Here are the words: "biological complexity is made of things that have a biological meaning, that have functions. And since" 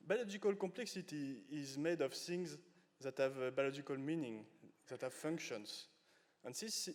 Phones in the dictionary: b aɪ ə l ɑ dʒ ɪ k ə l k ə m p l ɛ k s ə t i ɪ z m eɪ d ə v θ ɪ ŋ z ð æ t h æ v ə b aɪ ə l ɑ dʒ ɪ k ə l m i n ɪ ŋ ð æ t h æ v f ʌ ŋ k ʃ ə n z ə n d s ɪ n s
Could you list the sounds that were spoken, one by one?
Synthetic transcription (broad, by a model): b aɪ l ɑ dʒ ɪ k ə l k ə m p l ɛ k s ə t i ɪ z m eɪ d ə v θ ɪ ŋ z ð æ t h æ v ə b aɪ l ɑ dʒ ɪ k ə l m i n ɪ ŋ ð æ t h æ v f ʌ ŋ k ʃ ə n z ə n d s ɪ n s